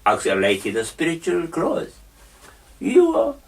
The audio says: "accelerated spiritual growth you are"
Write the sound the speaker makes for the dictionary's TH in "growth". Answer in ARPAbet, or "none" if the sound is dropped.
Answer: S